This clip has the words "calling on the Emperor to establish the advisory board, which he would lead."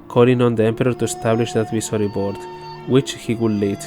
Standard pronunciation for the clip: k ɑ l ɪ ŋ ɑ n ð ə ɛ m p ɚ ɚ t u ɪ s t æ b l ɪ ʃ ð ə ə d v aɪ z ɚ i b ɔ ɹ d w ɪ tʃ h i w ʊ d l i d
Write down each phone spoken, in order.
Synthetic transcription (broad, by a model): k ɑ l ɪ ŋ ɑ n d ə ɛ m p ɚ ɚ t u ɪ s t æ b l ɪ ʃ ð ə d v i s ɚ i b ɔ ɹ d w ɪ tʃ h i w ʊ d l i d